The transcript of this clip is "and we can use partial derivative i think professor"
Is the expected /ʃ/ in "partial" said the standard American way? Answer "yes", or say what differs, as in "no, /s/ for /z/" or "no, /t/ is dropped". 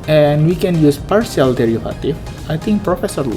no, /s/ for /ʃ/